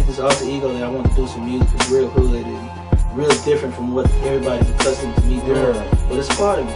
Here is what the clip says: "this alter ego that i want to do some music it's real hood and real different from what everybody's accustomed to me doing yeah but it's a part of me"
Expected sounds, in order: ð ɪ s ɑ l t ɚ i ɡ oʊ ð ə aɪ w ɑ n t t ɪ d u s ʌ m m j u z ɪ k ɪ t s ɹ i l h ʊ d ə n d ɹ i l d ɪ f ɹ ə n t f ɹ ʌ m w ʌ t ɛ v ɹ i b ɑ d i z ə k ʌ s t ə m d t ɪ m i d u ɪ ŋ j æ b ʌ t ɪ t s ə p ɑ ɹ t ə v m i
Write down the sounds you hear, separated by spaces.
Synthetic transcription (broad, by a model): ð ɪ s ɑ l s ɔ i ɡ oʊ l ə aɪ w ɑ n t t ɪ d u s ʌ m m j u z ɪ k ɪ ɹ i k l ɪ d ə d ɹ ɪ l d ɪ f ɹ ə n t f ɹ ʌ m w ʌ t ɛ v ɹ i b ɑ d i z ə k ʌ s t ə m t ɪ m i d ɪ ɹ b ʌ t ɪ t s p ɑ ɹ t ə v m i